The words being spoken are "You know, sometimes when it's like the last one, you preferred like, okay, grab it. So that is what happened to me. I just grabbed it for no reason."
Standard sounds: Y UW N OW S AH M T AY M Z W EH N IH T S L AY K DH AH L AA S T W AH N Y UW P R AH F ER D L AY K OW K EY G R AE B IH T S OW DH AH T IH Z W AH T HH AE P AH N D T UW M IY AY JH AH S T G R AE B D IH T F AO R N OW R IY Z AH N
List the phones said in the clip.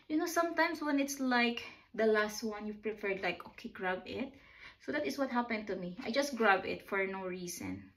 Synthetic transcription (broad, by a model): Y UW N OW S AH M T AY M S W EH N IH T S L AY K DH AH L AA S T W AH N Y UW P R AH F ER D L AY K OW K EY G R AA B IH T S OW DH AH T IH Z W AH T HH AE P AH N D T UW M IY AY JH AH S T G R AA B IH T F AO R N OW R IY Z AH N